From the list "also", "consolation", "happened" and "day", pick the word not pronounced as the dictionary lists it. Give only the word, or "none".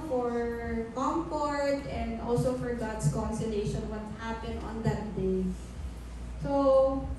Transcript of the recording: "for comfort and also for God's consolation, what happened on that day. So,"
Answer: happened